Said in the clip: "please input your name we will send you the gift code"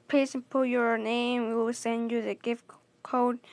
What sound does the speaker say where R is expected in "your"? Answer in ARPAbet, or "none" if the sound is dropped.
R